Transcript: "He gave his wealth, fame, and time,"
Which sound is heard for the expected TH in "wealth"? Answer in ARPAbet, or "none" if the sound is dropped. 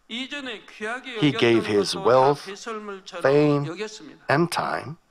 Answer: TH